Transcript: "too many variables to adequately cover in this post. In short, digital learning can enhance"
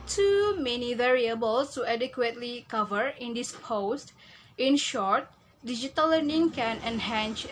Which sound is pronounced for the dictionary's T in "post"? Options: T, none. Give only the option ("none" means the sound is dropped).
T